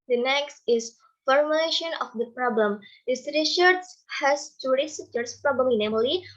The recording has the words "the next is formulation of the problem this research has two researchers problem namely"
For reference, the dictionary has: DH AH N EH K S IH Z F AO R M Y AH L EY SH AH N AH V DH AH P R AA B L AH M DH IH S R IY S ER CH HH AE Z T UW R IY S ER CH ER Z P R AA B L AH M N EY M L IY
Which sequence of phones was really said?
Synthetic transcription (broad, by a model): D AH N EH K S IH S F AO R M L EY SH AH N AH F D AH P R AA B L AH M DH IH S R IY SH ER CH HH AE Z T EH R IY S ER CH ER S P R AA B L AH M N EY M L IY